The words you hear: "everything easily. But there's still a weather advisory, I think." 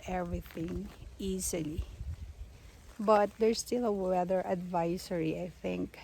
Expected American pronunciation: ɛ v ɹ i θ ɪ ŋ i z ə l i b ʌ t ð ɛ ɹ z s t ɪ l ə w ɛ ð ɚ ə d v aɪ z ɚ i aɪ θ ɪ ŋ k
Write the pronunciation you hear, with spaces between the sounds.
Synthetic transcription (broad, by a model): ɛ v ɹ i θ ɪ ŋ i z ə l i b ʌ t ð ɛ ɹ s t ɪ l ə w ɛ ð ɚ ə d v aɪ s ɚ i aɪ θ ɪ ŋ k